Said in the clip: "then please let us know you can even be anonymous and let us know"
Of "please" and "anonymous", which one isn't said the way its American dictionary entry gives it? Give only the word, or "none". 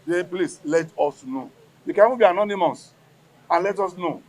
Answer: please